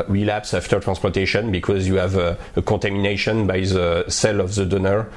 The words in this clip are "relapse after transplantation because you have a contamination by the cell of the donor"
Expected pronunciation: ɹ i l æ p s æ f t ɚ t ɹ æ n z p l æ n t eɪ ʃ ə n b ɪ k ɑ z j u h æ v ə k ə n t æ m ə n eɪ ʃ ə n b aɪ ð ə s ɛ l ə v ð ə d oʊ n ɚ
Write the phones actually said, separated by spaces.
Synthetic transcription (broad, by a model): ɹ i l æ p s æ f t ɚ t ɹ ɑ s p æ t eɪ ʃ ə n b ɪ k ɑ z j u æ v ə k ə t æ m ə n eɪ ʃ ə n b aɪ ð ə s ɛ l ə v ð ə d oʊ n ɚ